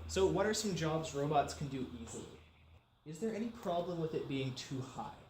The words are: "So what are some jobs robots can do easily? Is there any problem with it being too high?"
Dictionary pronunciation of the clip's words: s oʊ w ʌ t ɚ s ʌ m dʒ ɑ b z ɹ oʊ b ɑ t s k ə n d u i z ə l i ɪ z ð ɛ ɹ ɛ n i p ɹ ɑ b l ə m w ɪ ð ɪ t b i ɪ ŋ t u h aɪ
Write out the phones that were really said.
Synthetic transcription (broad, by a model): s oʊ w ʌ t ɚ s ʌ m dʒ ɑ b z ɹ oʊ b ɑ t s k n d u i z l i ɪ z ð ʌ ɹ ɛ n i p ɹ ɑ b l ə m w ɪ ð ɪ t b i ɪ ŋ t u h aɪ